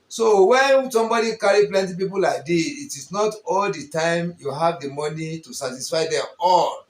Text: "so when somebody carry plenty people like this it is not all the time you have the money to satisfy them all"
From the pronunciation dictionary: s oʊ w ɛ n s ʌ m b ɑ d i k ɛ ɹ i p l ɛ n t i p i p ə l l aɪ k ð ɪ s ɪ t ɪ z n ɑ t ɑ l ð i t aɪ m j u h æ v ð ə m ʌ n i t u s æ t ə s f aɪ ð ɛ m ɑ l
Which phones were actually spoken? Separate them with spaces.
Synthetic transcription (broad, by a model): s oʊ w ɛ n s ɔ m b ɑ d i k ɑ ɹ i p l ɛ n t i p i p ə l l aɪ k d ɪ ɪ t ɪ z n ɑ t ɑ l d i t aɪ m j u h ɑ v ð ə m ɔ n i t u s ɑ t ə s f aɪ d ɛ m ɑ l